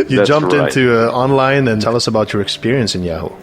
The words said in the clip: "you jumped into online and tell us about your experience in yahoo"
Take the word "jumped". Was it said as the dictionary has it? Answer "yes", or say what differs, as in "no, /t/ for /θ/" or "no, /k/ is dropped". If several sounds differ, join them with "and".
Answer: yes